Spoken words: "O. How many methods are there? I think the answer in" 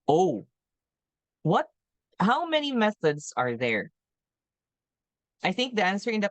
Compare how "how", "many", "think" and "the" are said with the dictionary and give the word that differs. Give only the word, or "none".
none